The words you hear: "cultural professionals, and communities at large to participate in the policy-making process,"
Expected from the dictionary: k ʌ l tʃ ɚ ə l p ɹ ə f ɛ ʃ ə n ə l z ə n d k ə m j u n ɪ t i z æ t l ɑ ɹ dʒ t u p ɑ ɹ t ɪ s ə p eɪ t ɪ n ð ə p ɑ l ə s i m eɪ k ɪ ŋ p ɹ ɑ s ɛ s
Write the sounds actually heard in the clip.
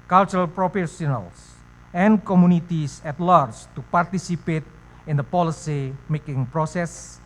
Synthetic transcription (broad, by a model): k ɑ l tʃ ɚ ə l p ɹ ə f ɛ s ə n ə l s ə n k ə m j u n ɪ t i s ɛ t l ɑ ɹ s t u p ɑ ɹ t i s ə p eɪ t ɪ n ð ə p ɑ l ə s i m eɪ k ɪ ŋ p ɹ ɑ s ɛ s